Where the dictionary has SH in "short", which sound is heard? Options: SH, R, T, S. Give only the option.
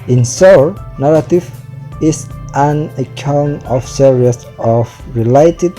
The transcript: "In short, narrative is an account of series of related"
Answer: S